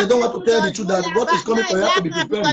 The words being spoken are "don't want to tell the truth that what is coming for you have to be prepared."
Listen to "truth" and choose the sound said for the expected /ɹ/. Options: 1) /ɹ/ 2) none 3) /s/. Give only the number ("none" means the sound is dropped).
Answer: 2